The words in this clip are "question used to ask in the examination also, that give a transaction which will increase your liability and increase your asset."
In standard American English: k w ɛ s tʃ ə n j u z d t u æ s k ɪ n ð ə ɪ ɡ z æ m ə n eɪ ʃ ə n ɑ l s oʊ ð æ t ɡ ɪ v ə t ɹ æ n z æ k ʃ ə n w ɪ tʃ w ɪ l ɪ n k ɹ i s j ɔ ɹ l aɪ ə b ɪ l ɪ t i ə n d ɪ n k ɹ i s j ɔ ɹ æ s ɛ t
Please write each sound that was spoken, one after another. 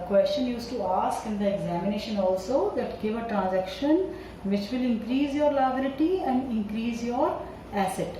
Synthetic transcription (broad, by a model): k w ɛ s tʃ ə n j u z t u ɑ s k ɪ n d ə ɪ ɡ z æ m ə n eɪ ʃ ə n ɑ l s oʊ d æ t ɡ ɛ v ə t ɹ æ n z æ k ʃ ə n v ɪ tʃ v ɪ l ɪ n k ɹ i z j ɔ ɹ l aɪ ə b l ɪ t i ə n d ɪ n k ɹ i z j ɔ ɹ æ s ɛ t